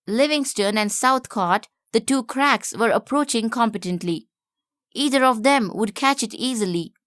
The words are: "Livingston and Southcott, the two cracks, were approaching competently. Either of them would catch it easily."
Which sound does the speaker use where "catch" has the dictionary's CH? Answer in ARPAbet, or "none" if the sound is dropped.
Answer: CH